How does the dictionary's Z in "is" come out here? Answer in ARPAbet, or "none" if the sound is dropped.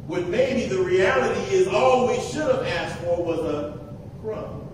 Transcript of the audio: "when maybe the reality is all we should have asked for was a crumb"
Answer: Z